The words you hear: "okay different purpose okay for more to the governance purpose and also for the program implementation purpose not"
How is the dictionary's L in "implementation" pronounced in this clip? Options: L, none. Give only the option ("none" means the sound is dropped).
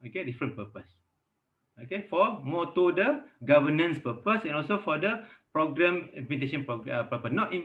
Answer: none